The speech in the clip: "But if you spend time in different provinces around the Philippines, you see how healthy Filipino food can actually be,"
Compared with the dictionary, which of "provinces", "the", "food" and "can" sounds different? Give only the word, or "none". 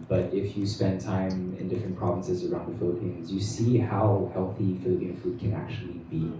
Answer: none